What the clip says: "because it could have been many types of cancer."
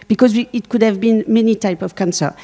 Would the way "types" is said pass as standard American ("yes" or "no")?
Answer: no